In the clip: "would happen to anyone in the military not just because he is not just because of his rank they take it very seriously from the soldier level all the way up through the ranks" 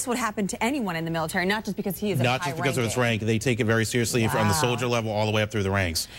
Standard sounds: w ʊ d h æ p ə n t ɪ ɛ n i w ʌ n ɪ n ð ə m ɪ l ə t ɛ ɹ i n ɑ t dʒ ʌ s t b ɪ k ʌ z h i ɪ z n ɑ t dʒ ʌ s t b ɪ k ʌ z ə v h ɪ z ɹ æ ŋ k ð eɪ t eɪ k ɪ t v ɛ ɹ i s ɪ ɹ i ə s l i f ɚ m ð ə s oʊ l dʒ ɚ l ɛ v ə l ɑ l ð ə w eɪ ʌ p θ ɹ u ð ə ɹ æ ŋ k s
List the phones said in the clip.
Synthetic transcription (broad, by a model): w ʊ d h æ p ə n t ɪ ɛ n i w ʌ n ɪ n ð ə m ɪ l ə t ɛ ɹ i n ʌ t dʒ ʌ s b ɪ k ʌ z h i ɪ z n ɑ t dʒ ʌ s b ɪ k ʌ z ə v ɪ s ɹ æ ŋ k ð eɪ t eɪ k ɪ t v ɛ ɹ i s ɪ ɹ i ə s l i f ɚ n ð ə s oʊ l dʒ ɚ l ɛ v l ɑ l ð ə w eɪ ʌ p θ ɹ u ð ə ɹ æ ŋ k s